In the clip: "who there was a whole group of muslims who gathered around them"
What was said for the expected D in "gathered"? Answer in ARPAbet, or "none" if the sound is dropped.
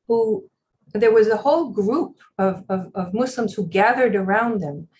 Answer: D